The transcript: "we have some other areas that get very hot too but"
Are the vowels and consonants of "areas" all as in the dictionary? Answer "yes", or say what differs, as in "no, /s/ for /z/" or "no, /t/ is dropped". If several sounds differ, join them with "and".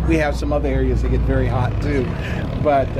yes